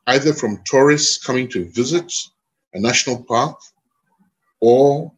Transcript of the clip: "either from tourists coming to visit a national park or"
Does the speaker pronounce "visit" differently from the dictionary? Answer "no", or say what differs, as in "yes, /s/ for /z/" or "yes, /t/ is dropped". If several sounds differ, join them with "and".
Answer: no